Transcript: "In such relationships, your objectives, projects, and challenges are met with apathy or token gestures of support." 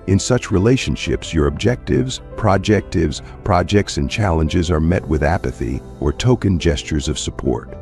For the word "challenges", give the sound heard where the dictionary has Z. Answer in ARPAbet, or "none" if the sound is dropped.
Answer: Z